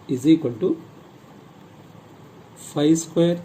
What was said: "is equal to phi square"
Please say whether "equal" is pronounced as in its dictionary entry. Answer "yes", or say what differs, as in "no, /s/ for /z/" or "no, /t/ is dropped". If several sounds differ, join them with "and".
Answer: no, /n/ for /l/